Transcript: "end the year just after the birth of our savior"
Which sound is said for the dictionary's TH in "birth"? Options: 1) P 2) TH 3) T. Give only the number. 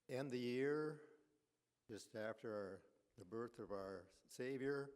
2